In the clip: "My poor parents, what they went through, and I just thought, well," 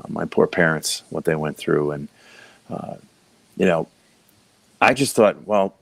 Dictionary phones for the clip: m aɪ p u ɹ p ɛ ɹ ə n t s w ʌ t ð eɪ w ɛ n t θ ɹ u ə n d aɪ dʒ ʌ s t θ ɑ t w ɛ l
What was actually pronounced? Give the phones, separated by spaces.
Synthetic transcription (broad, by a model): m aɪ p u ɹ p ɛ ɹ ə n t s w ʌ t ð eɪ w ɛ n θ ɹ u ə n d aɪ dʒ ʌ s t θ ɑ t w ɛ l